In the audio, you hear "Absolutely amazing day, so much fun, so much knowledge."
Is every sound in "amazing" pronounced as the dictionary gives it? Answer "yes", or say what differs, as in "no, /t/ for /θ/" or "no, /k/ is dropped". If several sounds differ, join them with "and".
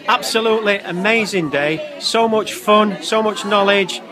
yes